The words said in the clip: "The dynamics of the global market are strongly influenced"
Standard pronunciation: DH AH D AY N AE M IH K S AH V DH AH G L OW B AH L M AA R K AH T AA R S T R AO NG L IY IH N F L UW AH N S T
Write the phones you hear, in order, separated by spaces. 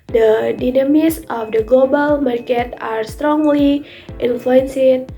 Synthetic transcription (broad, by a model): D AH D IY N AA M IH S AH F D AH G L OW B AH L M AA R K AH T AA R S T R AO NG L IY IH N F L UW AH N S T